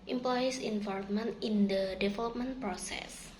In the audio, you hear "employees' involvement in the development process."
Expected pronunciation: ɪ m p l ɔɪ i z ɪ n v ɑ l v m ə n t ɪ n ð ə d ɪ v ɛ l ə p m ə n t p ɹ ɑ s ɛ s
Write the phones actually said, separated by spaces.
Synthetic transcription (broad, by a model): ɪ m p l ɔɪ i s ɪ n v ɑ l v m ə n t ɪ n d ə d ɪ f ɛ l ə p m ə n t p ɹ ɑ s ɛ s